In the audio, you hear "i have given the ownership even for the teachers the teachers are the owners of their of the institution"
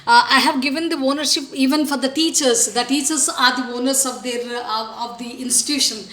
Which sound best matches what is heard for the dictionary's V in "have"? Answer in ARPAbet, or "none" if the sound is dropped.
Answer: V